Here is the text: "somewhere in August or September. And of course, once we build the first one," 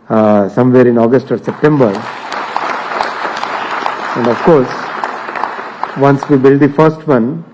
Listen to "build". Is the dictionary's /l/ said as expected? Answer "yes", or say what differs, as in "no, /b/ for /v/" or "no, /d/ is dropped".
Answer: yes